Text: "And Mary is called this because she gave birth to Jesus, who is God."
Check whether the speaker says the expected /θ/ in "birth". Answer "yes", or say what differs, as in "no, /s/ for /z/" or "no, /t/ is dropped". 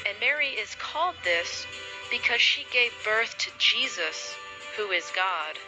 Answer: yes